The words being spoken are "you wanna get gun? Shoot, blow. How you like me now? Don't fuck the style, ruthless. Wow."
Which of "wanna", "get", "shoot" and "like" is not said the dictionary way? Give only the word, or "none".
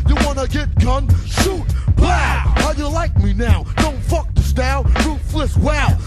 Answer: shoot